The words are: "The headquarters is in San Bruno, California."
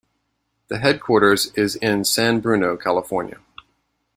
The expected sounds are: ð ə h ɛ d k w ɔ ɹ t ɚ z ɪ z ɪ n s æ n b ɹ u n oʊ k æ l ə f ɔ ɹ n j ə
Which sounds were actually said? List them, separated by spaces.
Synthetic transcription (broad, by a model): ð ə h ɛ d k w ɔ ɹ t ɚ z ɪ z ɪ n s æ n b ɹ u n oʊ k æ l ə f ɔ ɹ n j ə